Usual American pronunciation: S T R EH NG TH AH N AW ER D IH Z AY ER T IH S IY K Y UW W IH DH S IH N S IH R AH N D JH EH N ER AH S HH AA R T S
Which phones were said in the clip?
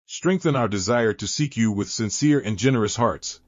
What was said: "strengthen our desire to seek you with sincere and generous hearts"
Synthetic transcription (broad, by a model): S T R EH NG TH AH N AW ER D IH Z AY ER T IH S IY K Y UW W IH DH S IH N S IH R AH N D JH EH N ER AH S HH AA R T S